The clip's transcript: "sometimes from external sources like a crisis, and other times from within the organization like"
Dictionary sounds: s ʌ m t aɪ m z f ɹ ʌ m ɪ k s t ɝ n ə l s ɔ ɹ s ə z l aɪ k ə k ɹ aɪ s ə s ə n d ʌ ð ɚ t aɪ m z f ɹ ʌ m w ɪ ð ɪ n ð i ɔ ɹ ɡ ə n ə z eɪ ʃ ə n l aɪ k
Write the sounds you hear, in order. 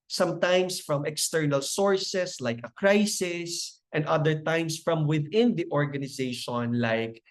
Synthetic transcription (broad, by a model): s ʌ m t aɪ m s f ɹ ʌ m ɪ k s t ɝ n ə l s ɔ ɹ s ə s l aɪ k ə k ɹ aɪ s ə s ə n d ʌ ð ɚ t aɪ m s f ɹ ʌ m w ɪ ð ɪ n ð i ɔ ɹ ɡ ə n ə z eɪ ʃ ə n l aɪ k